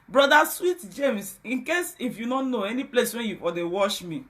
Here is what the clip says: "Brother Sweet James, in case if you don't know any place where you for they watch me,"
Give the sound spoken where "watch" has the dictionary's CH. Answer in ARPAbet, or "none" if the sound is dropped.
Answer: SH